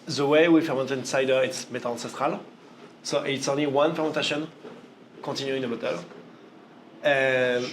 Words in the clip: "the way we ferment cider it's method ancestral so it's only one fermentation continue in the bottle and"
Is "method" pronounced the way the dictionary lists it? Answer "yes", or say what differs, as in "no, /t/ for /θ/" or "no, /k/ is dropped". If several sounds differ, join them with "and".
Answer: no, /t/ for /θ/ and /d/ is dropped